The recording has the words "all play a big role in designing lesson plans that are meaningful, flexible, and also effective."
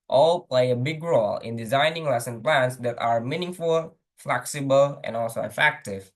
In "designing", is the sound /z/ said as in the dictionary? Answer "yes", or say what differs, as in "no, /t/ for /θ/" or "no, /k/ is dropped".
yes